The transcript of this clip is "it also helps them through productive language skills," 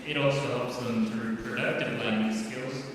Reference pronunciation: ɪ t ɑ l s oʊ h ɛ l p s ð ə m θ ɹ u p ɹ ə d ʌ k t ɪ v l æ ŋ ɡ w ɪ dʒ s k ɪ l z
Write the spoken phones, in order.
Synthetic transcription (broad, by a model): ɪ t ɑ l s oʊ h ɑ p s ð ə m t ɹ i p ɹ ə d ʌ k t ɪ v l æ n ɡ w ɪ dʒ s k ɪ l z